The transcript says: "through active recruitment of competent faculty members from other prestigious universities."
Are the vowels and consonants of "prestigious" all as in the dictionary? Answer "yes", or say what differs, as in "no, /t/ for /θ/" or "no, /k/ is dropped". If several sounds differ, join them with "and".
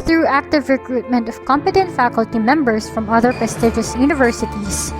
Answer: no, /ɹ/ is dropped